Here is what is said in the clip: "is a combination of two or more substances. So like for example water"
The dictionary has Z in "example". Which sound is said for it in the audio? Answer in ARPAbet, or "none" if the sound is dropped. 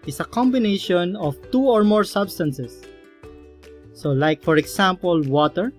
S